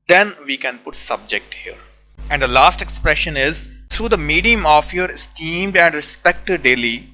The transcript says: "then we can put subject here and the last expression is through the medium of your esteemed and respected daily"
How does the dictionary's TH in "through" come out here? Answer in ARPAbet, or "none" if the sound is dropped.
T